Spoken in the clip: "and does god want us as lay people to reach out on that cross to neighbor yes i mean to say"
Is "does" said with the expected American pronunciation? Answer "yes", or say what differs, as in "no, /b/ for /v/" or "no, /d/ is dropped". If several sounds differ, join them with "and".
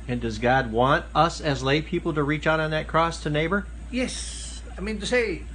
yes